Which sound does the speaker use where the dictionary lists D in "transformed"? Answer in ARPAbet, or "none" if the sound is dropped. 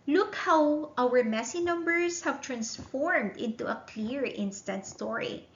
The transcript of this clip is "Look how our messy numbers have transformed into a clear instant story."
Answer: D